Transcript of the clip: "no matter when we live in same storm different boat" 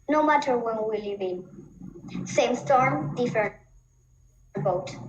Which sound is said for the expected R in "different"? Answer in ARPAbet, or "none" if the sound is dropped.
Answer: none